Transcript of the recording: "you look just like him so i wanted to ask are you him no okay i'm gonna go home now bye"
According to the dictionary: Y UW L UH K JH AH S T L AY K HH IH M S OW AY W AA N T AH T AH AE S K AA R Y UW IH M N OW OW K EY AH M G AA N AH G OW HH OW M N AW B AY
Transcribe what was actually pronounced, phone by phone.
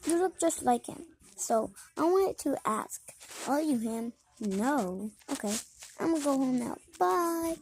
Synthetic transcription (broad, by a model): Y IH L UH K JH AH S T L AY K HH IH M S OW AY W AA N T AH T AE S K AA L Y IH IH M N OW OW K EY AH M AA AH G OW HH OW M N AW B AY